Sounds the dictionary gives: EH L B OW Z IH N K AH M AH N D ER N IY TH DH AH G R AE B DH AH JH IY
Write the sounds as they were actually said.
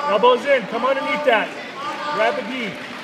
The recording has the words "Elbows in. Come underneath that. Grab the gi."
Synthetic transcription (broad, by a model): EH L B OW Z IH N K AH M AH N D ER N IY T DH AH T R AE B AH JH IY